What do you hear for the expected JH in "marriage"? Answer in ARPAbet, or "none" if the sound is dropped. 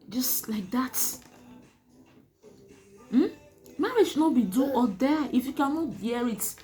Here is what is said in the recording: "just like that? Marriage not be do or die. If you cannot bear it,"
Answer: SH